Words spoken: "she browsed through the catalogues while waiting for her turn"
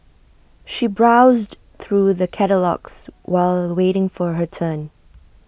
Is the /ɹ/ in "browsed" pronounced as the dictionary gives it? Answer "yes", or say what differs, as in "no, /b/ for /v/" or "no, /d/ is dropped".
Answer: yes